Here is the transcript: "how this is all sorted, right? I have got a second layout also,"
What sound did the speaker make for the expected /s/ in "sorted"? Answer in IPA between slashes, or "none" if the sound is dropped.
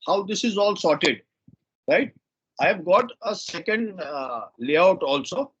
/s/